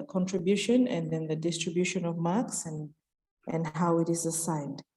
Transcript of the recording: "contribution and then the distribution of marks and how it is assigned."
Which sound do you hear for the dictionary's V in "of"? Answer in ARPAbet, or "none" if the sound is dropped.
V